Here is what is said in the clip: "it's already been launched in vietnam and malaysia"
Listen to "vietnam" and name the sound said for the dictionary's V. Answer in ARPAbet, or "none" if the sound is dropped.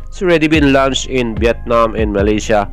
B